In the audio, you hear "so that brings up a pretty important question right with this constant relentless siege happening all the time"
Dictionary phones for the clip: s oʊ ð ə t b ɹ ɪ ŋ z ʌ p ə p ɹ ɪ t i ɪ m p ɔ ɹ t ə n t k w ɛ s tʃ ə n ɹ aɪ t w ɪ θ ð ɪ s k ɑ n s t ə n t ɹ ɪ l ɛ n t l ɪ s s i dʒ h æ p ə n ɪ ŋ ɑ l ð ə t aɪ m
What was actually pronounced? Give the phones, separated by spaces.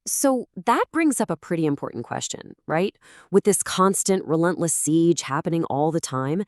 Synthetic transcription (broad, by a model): s oʊ ð ə t b ɹ ɪ ŋ z ʌ p ə p ɹ ɪ t i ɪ m p ɔ ɹ t n k w ɛ s tʃ ə n ɹ aɪ t w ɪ ð ɪ s k ɑ n s t ə n t ɹ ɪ l ɛ n t l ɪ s s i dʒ h æ p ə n ɪ ŋ ɑ l ð ə t aɪ m